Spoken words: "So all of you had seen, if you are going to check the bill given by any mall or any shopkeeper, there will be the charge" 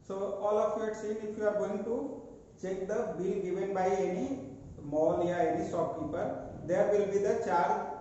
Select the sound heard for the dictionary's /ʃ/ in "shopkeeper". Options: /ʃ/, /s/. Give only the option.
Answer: /s/